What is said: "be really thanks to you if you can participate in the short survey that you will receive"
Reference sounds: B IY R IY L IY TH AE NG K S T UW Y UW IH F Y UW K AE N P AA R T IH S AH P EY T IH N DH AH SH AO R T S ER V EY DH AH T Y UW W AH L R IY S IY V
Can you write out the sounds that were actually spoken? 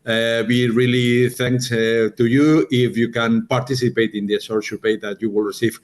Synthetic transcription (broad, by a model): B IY R IY L IY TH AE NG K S T UW Y UW IH F Y UW K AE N P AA R T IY S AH P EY T IH N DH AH S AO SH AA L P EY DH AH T Y UW W AH L R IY S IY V